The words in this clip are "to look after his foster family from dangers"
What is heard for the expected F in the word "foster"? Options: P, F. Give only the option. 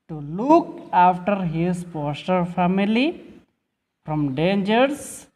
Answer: P